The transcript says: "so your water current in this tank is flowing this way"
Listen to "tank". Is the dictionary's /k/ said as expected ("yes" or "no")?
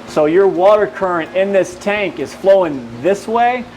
yes